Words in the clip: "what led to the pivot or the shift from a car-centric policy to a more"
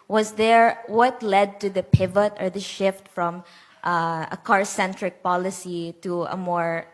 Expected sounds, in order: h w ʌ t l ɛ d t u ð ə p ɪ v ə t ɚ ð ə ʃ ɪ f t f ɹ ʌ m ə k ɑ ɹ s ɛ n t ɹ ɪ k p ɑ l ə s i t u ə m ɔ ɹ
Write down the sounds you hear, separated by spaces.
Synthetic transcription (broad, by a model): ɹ w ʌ t l ɛ d t u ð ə p ɪ v ə t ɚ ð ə ʃ ɪ f t f ɹ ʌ m ə k ɑ ɹ s ɛ n t ɹ ɪ k p ɑ l ə s i t u ə m ɔ ɹ